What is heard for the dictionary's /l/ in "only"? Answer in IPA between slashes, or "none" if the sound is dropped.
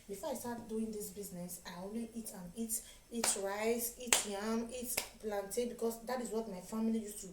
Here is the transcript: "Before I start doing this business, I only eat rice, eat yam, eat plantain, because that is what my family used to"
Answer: /n/